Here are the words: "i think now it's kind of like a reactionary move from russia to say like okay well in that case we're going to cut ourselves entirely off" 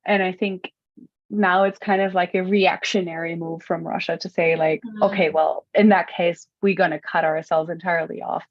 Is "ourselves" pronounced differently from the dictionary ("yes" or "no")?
no